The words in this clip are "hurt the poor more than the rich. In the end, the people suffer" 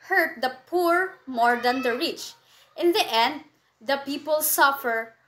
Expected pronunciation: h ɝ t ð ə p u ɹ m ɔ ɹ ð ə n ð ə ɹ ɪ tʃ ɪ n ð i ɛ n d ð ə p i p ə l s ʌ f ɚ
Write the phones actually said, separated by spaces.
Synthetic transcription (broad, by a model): h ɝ t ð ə p u ɹ m ɔ ɹ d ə n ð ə ɹ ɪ tʃ ɪ n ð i ɛ n d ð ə p i p ə l s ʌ f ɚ